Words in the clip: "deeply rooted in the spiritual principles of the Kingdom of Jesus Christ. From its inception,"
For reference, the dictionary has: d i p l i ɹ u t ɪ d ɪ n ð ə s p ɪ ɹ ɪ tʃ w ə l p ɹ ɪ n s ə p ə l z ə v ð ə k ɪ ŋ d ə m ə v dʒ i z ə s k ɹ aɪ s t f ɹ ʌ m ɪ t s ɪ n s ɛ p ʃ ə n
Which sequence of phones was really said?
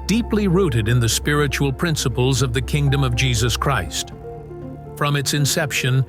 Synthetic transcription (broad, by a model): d i p l i ɹ u t ɪ d ɪ n ð ə s p ɪ ɹ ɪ tʃ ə l p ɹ ɪ n s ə p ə l z ə v ð ə k ɪ ŋ d ə m ə v dʒ i z ə s k ɹ aɪ s t f ɹ ʌ m ɪ t s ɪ n s ɛ p ʃ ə n